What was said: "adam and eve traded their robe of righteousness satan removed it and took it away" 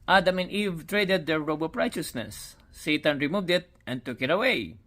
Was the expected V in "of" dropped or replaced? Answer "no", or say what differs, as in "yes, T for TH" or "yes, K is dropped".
yes, P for V